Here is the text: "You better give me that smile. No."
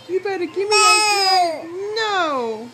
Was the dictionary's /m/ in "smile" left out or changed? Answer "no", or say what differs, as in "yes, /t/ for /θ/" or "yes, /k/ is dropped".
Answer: yes, /m/ is dropped